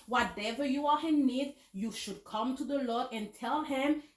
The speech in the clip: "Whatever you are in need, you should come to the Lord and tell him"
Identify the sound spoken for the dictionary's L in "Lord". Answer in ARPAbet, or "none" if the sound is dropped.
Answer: L